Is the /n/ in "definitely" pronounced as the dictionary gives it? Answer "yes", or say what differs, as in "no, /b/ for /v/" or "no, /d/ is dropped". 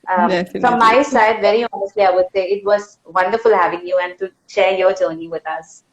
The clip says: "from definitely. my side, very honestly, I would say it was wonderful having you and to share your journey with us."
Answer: no, /n/ is dropped